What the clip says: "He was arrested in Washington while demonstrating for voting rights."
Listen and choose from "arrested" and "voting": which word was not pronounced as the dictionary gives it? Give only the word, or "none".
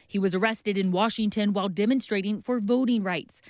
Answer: none